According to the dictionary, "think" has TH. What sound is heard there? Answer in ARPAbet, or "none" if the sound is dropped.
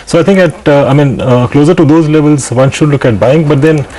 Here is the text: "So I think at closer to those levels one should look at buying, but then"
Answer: T